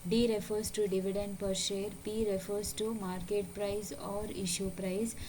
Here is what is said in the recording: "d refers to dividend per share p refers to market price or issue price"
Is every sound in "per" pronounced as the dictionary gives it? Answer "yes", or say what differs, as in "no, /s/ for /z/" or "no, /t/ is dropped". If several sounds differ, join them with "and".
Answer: yes